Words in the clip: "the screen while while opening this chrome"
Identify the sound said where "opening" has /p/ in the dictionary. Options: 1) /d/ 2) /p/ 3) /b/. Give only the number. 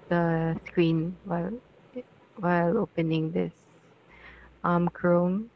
2